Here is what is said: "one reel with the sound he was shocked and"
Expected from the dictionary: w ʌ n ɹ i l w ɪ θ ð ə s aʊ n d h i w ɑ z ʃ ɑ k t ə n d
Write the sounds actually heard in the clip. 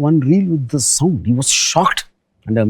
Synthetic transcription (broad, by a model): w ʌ n ɹ i l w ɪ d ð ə s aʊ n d h i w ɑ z ʃ ɑ k t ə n d